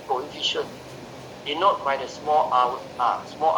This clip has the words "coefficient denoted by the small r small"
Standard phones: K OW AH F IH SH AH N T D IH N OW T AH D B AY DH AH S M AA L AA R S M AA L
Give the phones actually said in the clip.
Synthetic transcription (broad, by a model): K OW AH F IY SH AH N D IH N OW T B AY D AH S M AA L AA W S M AA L